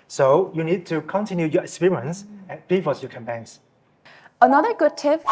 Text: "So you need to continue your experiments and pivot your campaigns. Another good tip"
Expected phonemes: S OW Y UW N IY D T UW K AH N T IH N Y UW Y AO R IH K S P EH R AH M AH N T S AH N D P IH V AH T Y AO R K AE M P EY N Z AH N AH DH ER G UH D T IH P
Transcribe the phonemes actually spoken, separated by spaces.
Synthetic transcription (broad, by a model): S OW Y UW N IY D T UW K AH N T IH N Y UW Y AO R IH K S P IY R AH AH N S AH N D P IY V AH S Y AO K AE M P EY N S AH N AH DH ER G UH D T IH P